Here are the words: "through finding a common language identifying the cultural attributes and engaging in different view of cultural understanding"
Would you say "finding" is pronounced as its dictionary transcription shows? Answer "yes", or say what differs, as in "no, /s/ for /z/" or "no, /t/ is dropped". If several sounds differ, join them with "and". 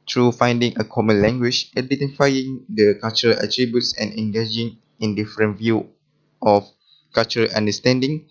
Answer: yes